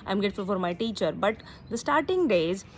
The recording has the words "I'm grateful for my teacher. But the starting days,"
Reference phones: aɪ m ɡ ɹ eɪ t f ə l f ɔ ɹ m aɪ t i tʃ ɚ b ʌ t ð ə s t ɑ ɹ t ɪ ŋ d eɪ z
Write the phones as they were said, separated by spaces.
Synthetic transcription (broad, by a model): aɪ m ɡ eɪ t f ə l f ɔ ɹ m aɪ t i tʃ ɚ b ʌ t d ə s t ɑ ɹ t ɪ ŋ d eɪ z